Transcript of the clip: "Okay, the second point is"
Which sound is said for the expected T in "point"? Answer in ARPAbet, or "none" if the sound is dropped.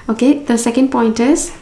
T